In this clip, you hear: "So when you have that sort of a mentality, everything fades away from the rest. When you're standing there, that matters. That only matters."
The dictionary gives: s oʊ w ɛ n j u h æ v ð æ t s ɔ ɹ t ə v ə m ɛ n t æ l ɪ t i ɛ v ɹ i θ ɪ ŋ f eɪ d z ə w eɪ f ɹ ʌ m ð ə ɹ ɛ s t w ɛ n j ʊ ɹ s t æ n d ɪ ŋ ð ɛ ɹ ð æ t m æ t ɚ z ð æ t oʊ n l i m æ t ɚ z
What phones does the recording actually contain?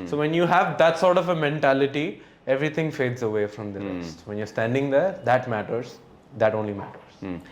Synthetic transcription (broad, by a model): s oʊ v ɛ n j u h æ v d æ t s ɔ ɹ t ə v ə m ɛ n t æ l ɪ t i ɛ v ɹ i t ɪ ŋ f eɪ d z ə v eɪ f ɹ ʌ m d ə ɹ ɛ s t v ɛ n j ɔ ɹ s t æ n d ɪ ŋ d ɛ ɹ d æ t m æ t ɚ z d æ t oʊ n l i m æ t ɚ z